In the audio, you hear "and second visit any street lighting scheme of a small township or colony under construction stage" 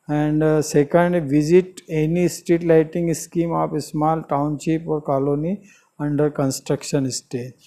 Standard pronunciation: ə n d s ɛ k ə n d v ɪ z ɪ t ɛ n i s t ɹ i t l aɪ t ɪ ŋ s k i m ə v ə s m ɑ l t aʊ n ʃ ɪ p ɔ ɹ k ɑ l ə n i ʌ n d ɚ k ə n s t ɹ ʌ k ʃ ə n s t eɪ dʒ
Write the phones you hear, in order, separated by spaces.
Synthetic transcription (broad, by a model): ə n d s ɛ k ə n d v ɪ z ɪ t ɛ n i s t i t l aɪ t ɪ ŋ s k i m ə p ə s m ɑ l t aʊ n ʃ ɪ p ɔ ɹ k ɑ l ə n i ʌ n d ɚ k ə n s t ɹ ʌ k ʃ ə n s t eɪ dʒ